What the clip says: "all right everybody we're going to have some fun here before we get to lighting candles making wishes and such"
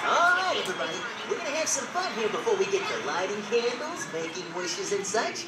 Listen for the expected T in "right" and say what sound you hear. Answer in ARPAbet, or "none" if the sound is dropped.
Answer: none